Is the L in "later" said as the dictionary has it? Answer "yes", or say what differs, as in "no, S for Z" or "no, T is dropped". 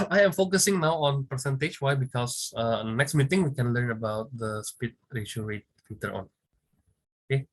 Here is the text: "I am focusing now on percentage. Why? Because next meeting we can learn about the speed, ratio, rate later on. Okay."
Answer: no, W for L